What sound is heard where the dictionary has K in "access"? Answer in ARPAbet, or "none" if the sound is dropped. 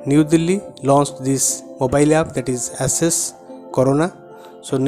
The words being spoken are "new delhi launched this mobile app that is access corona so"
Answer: none